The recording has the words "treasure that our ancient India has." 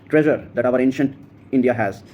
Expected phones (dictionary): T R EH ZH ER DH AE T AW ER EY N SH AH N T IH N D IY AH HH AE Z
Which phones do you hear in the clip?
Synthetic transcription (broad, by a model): T R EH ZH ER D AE T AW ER EY N SH AH N T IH N D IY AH HH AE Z